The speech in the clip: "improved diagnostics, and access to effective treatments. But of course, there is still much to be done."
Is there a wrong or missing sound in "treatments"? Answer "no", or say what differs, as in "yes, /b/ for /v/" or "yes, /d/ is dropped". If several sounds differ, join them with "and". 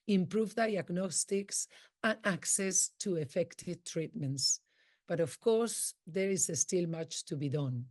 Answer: no